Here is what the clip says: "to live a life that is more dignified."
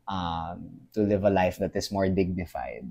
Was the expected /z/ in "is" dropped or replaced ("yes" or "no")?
yes